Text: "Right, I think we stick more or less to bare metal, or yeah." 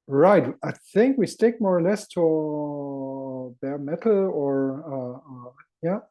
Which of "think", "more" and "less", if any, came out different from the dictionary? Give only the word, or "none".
none